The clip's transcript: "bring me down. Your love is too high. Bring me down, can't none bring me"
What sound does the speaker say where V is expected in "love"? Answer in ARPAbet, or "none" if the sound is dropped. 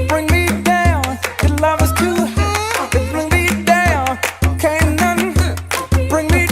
V